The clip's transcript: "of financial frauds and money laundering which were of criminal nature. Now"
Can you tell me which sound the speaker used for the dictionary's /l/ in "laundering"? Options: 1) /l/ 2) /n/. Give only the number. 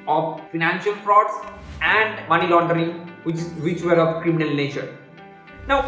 1